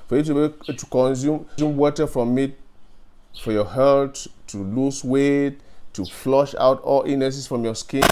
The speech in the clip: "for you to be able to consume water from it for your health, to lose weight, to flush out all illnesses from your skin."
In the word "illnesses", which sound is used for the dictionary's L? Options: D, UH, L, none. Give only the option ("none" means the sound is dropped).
none